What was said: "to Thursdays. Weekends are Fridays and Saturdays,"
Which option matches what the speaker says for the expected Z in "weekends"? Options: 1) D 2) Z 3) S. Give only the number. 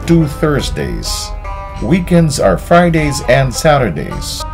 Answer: 2